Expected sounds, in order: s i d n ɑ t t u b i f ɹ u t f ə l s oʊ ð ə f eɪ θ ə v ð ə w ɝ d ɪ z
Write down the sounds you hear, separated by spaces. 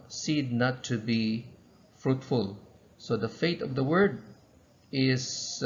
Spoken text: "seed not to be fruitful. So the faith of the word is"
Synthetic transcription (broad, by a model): s i d n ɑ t t u b i f ɹ u t f ə l s oʊ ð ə f eɪ t ə v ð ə w ɝ d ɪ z